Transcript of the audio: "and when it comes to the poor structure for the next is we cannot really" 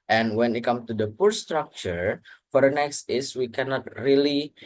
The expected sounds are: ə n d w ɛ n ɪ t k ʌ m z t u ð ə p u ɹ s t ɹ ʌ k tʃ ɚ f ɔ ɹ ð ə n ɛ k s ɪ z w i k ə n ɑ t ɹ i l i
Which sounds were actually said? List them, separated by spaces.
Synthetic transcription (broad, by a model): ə n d w ɛ n ɪ t k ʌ m t u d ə p u ɹ s t ɹ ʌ k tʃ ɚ f ɔ ɹ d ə n ɛ k s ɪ s w i k ə n ɑ t ɹ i l i